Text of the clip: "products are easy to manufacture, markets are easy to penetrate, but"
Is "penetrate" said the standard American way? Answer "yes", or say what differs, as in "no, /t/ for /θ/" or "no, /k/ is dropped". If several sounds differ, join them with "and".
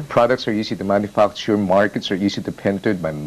no, /ɹ/ is dropped